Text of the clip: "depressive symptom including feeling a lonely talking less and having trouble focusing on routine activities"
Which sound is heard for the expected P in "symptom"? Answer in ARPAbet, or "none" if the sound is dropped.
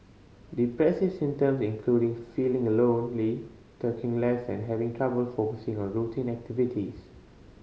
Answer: none